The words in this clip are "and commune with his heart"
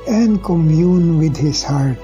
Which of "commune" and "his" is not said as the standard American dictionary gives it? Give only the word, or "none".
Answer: his